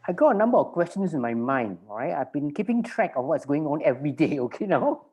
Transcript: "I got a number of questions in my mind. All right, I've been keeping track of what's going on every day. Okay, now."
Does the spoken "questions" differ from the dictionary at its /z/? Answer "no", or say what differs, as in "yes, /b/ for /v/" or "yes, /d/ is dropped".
yes, /s/ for /z/